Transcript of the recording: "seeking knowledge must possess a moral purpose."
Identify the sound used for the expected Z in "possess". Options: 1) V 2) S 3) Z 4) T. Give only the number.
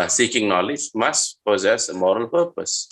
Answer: 3